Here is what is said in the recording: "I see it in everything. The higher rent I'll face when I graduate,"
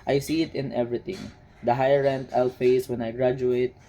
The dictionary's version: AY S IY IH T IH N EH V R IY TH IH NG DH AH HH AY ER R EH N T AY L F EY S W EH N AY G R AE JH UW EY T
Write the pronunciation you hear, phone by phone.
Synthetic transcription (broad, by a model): AY S IY IH T IH N EH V R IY T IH NG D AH HH AY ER R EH N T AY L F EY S W EH N AY G R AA JH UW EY T